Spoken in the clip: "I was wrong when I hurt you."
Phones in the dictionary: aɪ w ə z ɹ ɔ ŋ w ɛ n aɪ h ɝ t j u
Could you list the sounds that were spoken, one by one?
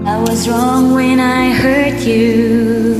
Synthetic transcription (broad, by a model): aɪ w ə z ɹ ɔ ŋ w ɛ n aɪ h ɝ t j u